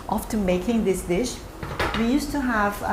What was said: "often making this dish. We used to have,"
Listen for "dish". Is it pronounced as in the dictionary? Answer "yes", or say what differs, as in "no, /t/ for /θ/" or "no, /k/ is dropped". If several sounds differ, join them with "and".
yes